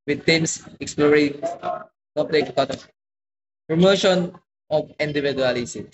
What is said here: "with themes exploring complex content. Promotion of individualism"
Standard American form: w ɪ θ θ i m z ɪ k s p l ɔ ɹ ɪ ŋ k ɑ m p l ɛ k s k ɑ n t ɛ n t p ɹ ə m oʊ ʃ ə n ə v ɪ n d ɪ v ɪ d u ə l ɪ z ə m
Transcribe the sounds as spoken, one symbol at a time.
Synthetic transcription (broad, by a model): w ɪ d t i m s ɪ k s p l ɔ ɹ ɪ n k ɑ p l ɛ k k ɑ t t p ɹ ə m oʊ ʃ ə n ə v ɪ n d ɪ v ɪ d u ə l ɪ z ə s